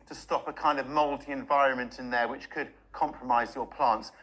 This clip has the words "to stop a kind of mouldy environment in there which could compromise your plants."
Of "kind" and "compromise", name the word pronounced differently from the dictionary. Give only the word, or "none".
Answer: none